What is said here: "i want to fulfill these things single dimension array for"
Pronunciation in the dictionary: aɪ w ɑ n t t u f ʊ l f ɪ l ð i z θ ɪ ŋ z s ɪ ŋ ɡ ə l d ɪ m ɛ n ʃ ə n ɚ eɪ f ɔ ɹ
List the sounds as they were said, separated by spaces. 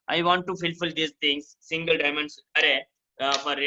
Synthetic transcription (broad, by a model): aɪ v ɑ n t t u f ʊ l f ɪ l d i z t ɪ ŋ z s ɪ ŋ ɡ ə l d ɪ m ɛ n s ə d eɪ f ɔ ɹ